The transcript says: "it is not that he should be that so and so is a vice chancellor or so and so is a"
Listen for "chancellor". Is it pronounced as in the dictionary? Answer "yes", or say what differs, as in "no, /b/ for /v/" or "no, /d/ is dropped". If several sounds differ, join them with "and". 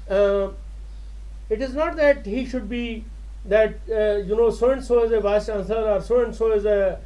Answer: no, /l/ is dropped